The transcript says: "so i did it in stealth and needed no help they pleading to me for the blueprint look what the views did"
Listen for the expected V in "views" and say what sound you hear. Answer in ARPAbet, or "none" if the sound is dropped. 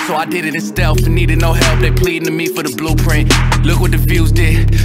F